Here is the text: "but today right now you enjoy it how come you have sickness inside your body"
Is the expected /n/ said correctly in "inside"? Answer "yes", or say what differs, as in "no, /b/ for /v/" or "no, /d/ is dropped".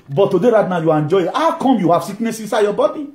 no, /n/ is dropped